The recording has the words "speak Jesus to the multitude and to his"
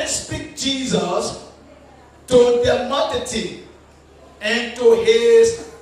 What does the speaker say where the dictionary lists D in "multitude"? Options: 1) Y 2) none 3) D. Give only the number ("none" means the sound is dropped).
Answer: 2